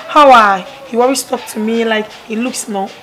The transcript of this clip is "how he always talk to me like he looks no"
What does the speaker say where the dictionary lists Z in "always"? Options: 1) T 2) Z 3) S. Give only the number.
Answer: 3